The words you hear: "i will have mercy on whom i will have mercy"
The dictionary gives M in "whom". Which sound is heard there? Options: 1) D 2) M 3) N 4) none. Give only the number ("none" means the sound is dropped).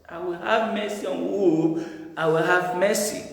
4